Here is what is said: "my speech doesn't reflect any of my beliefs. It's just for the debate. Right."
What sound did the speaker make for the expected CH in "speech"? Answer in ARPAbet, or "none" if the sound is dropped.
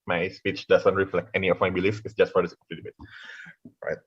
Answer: CH